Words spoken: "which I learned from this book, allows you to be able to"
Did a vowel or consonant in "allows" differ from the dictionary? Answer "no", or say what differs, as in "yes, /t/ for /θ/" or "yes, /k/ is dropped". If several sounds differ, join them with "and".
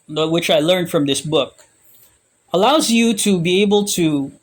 no